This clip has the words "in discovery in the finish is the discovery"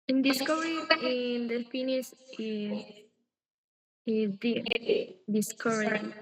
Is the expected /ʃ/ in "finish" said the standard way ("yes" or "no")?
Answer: no